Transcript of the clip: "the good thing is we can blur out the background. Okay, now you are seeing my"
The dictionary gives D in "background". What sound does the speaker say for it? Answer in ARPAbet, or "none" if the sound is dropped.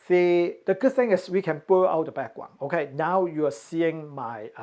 none